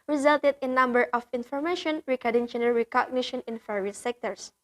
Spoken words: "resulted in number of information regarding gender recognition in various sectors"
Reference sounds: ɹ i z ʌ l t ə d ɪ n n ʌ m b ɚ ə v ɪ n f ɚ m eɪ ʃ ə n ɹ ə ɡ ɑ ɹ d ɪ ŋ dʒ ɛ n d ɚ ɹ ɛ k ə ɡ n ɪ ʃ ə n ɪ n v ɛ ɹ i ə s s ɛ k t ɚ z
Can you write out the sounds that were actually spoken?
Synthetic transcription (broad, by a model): ɹ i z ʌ l t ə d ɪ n n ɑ m b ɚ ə f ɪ n f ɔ m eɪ ʃ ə n ɹ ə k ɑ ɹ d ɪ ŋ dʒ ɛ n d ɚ ɹ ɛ k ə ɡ n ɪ ʃ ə n ɪ n f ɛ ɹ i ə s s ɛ k t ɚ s